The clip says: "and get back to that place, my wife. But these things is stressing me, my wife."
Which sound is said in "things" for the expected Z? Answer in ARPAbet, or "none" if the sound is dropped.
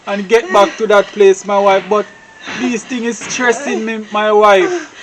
none